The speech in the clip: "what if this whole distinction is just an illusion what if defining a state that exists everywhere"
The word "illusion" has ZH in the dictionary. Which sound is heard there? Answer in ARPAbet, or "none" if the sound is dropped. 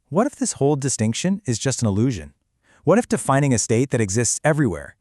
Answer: ZH